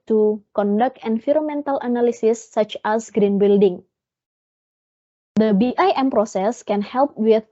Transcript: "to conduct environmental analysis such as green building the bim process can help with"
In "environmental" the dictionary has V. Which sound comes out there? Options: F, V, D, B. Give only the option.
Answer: F